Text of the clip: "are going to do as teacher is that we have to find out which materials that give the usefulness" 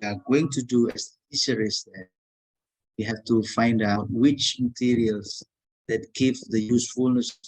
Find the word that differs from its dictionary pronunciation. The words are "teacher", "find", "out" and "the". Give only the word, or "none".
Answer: teacher